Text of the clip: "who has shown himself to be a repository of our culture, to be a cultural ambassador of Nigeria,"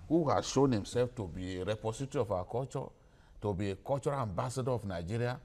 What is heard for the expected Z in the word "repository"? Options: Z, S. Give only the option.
S